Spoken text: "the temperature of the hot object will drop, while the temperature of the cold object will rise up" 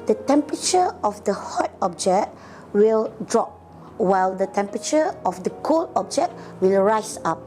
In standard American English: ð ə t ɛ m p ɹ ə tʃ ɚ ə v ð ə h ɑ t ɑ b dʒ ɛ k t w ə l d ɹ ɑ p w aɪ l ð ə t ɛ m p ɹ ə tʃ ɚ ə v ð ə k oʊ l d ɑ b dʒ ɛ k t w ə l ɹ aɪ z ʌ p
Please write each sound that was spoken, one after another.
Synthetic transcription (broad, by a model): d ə t ɛ m p ɹ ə tʃ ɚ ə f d ə h ɑ t ɑ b dʒ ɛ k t w ə l d ɹ ɑ p w aɪ l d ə t ɛ m p ɹ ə tʃ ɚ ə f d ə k oʊ l ɑ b dʒ ɛ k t w ə l ɹ aɪ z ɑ p